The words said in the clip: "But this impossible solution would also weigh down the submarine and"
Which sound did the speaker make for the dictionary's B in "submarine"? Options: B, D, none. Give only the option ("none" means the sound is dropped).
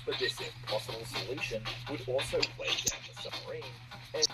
none